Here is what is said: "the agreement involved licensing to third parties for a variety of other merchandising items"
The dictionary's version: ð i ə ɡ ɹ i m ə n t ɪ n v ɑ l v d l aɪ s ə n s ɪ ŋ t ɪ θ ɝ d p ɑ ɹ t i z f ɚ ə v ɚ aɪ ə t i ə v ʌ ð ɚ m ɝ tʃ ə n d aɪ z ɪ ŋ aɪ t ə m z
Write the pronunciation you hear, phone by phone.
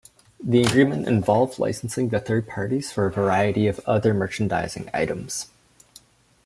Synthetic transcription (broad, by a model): ð i ə ɡ ɹ i m ə n t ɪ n v ɑ l v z l aɪ s n s ɪ ŋ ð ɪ θ ɝ d p ɑ ɹ t i z f ɚ ə v ɚ aɪ ə t i ə v ʌ ð ɚ m ɝ tʃ n d aɪ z ɪ ŋ aɪ t ə m z